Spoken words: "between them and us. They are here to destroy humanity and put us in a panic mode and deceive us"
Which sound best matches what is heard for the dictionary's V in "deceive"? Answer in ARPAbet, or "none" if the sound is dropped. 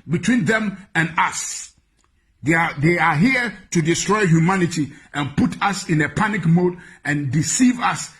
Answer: V